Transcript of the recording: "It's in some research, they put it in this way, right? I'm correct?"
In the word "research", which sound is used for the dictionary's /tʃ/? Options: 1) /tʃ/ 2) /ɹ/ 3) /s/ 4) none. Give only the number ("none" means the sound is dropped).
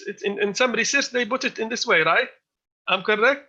3